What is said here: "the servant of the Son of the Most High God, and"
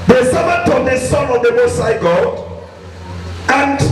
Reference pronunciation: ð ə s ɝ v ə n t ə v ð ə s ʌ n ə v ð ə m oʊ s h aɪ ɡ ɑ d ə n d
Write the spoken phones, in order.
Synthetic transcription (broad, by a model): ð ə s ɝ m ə t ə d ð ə s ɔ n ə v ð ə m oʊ s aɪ ɡ ɑ d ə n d